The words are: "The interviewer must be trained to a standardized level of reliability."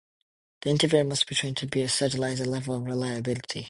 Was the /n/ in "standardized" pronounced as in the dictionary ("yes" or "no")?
no